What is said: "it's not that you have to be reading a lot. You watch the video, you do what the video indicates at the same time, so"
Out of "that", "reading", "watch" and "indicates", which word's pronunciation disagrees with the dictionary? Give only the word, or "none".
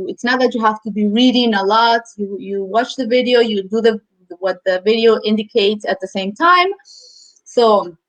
none